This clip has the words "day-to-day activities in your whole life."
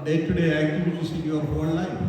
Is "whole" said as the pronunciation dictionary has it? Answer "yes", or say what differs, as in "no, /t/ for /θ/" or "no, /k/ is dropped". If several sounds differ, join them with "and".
no, /n/ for /l/